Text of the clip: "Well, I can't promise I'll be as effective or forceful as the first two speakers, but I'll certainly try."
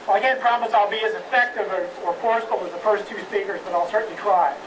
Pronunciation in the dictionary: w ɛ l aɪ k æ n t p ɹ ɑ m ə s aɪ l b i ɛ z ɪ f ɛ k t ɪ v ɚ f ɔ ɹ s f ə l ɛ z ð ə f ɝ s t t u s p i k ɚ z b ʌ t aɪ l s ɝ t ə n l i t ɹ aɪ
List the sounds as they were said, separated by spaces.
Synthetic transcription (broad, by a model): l aɪ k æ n p ɹ ɑ m ə s aɪ l b i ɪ z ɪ f ɛ k t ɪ v ɚ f ɔ ɹ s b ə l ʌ z ð ə f ɝ s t t u s p i k ɚ z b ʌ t aɪ l s ɝ t n l i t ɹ aɪ